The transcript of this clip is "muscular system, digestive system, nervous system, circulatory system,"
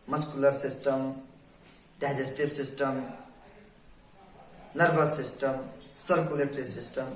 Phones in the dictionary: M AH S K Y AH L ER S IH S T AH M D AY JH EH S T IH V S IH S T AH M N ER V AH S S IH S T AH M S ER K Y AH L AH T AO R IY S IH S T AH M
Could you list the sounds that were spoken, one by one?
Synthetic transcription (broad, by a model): M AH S K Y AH L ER S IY S T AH M D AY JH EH S T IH B S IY S T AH M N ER B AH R S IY S T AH M S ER K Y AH L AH T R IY S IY S T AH M